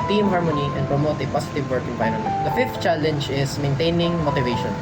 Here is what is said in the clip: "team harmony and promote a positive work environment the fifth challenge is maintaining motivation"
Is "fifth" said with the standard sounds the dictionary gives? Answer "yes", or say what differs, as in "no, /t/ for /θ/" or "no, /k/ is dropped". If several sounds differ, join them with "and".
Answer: no, /t/ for /θ/